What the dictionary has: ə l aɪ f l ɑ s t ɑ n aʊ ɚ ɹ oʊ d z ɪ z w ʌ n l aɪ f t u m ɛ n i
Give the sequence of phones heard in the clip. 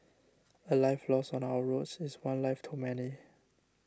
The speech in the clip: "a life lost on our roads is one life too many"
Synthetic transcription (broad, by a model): ə l aɪ f l ɑ s ɑ n aʊ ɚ ɹ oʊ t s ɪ s w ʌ n l aɪ f t u m ɛ n i